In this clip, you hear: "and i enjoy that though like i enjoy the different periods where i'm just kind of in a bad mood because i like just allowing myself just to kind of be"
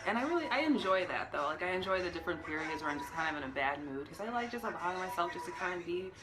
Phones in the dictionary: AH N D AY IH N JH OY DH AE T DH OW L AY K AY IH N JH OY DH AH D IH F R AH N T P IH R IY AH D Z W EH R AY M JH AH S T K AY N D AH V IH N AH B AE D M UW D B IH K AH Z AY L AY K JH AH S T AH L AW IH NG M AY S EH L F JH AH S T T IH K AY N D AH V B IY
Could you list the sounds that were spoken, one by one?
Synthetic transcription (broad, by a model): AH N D AY IH N JH OY DH AE T DH OW L AY K AY IH N JH OY DH AH D IH F R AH N P IH R IY AH D Z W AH R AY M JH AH S K AY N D AH V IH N AH B AE D M UW D K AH Z AY L AY K JH AH S T AH L AW IH NG M AY S EH L F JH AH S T T IH K AY N D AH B IY